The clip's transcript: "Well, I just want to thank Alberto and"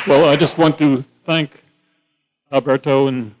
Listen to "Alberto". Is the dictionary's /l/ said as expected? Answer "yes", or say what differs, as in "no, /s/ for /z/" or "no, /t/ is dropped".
no, /l/ is dropped